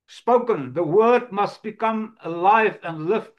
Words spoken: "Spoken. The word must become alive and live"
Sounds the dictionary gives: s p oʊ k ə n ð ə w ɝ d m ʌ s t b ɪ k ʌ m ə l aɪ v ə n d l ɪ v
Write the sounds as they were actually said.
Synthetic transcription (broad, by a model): s p oʊ k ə n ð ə w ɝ d m ʌ s t b ɪ k ʌ m ə l aɪ v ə n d l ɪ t